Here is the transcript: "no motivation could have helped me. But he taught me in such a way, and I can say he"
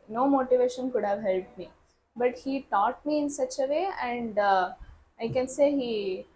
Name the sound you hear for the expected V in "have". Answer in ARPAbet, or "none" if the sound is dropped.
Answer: V